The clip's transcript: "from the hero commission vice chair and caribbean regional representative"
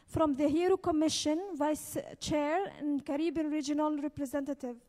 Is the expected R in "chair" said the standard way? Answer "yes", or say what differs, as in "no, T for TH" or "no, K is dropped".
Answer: yes